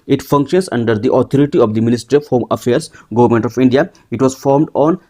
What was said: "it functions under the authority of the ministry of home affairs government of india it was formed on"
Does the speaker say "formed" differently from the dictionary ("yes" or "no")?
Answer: no